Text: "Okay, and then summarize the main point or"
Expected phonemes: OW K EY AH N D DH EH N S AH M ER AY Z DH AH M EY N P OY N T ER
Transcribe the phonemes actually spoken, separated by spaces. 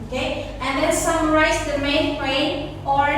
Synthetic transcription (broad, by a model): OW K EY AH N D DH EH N S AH M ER AY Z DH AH M EY N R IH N AO